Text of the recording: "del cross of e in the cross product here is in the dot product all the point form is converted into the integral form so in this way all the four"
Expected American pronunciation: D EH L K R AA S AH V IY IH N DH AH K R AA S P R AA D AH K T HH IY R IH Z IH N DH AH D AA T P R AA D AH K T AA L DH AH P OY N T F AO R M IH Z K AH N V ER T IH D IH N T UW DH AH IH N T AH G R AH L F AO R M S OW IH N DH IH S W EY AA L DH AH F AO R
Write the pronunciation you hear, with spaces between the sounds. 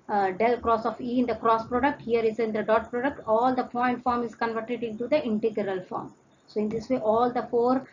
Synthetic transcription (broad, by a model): D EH L K R AA S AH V IY IH N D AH K R AA S P R AA D AH K T HH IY R IH Z IH N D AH D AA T P R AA D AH K T AA L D AH F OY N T F AO R M IH Z K AH N V ER T IH D IH N T UW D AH IH N T AH G R AH L F AO R M S OW IH N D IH S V EY AA L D AH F AO R